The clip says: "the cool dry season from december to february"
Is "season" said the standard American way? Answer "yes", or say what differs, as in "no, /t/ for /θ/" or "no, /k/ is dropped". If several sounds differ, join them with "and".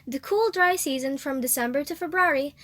yes